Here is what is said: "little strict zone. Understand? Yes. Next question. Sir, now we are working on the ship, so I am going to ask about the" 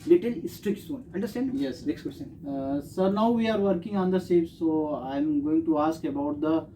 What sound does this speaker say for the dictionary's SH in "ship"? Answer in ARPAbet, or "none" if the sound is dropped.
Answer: S